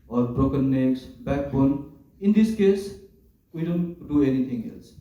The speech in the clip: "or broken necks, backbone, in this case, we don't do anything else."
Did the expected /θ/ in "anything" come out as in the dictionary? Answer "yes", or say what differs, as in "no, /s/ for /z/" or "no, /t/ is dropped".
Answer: no, /t/ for /θ/